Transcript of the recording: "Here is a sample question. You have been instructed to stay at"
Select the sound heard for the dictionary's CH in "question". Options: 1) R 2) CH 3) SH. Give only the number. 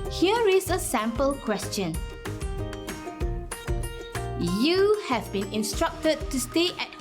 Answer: 2